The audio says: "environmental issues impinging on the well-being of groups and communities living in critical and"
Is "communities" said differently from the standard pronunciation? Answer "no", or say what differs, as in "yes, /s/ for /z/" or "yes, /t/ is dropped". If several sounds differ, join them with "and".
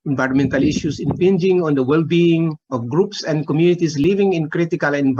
yes, /s/ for /z/